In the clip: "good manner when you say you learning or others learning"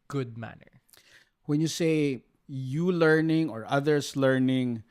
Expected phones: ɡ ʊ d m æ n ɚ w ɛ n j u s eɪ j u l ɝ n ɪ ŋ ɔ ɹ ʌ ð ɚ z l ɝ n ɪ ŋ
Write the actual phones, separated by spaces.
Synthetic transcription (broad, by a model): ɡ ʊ d m æ n ɚ w ɛ n j u s eɪ j u l ɝ n ɪ ŋ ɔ ɹ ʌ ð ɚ s l ɝ n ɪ ŋ